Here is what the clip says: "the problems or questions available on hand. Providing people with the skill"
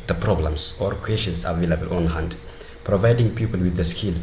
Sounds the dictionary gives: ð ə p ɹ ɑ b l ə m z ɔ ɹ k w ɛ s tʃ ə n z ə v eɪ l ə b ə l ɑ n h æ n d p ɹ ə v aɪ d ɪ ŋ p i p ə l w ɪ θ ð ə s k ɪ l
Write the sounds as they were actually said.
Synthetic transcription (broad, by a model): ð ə p ɹ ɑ b l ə m s ɔ ɹ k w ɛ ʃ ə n s ə v eɪ l ə b ə l ɑ n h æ n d p ɹ ə v aɪ d ɪ ŋ p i p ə l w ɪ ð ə s k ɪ l